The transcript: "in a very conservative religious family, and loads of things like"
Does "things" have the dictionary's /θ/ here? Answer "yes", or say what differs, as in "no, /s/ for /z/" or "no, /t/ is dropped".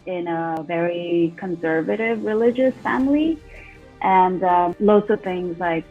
yes